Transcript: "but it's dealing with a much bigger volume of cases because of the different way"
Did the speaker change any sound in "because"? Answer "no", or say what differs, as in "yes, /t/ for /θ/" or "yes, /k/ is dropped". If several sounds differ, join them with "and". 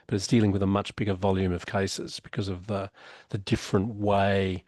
no